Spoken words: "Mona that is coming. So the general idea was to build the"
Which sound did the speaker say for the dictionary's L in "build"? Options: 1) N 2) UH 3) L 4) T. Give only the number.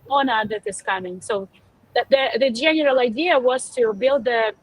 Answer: 3